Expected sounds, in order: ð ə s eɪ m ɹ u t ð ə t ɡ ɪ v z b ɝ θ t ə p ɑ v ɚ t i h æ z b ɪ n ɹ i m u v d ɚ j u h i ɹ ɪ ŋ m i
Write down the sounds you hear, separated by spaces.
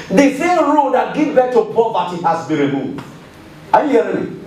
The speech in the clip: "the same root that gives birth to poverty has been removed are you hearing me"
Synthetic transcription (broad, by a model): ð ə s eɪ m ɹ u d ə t ɡ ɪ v b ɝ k t ə p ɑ v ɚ t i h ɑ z b ɪ n ɹ i m u v d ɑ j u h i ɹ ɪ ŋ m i